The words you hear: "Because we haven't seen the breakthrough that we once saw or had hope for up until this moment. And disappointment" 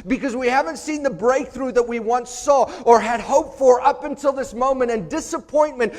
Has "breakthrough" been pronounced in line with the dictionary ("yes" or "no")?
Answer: yes